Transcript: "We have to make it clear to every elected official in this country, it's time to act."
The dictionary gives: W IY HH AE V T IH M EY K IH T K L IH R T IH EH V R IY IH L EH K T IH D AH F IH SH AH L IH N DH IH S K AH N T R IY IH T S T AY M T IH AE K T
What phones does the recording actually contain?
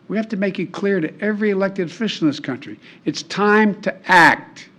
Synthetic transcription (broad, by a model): W IY HH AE F T IH M EY K IH T K L IH R T IH EH V R IY IH L EH K T IH D F IH SH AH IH N DH IH S K AH N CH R IY IH T S T AY M T IH AE K T